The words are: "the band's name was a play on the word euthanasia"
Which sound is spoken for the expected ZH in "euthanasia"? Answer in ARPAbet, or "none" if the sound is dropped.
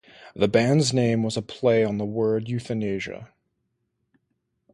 ZH